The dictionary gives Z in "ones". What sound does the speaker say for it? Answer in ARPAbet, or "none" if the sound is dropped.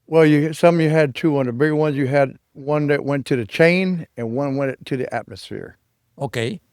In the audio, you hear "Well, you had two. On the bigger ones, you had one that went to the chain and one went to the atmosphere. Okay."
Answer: Z